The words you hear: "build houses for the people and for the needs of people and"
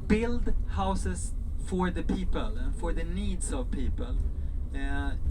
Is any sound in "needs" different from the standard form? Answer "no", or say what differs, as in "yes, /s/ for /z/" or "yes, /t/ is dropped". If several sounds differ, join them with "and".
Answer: yes, /s/ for /z/